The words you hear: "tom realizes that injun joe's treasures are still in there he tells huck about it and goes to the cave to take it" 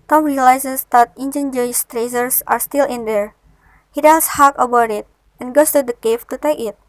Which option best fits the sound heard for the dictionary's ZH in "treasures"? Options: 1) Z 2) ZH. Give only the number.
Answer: 1